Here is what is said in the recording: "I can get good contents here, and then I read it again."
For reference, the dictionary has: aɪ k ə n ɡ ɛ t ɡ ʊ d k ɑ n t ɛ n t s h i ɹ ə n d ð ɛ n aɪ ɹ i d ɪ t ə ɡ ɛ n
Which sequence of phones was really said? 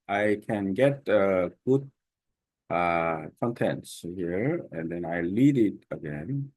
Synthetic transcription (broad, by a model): aɪ k ə n ɡ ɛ t ɡ ʊ d k ɑ n t ɛ n t s h i ɹ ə n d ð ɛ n aɪ l i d ɪ t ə ɡ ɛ n